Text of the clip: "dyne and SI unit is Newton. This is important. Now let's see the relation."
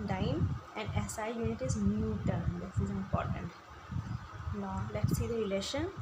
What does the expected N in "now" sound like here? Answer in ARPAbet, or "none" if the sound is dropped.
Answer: L